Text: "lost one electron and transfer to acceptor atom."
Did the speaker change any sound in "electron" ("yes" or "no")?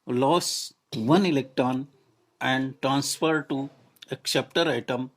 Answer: no